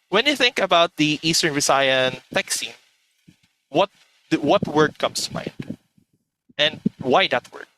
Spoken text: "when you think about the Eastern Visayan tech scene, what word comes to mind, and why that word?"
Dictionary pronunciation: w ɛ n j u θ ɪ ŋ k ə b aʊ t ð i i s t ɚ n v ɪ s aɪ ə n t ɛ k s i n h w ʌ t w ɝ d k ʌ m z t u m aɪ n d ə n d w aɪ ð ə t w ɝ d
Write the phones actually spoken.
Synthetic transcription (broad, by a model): w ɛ n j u θ ɪ ŋ k ə b aʊ t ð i i s t ɚ n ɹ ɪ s aɪ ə n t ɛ k s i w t w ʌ t w ɝ d k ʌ m s t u m aɪ n d ə n d w aɪ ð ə t w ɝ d